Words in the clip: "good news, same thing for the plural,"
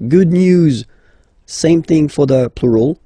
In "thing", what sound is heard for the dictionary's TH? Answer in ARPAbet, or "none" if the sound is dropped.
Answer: TH